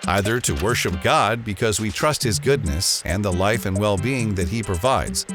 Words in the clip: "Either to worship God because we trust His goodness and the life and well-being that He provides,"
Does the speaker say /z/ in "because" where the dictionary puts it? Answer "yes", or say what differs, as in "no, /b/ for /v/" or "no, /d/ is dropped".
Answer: yes